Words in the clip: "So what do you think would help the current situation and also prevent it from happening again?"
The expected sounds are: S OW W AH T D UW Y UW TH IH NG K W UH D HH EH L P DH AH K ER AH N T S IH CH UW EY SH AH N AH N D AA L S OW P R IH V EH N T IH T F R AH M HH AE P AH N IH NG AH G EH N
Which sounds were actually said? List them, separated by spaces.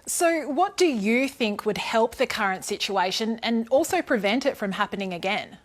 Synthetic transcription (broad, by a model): S OW W AH T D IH Y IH TH IH NG K W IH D HH EH L P DH AH K ER AH N T S IH CH UW EY SH AH N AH N AA L S OW P R IH V EH N T IH T F R AH M HH AE P AH N IH NG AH G EH N